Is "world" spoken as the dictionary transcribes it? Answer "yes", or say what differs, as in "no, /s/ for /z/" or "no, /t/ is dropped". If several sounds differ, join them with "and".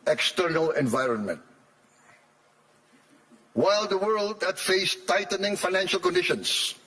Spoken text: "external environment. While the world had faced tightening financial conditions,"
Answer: yes